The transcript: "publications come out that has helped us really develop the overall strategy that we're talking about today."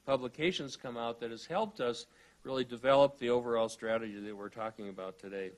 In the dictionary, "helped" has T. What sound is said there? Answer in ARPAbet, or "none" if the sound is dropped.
T